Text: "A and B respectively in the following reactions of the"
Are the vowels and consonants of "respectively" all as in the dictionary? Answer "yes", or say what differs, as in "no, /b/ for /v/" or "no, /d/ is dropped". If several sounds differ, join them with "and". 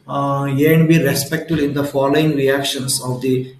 no, /v/ is dropped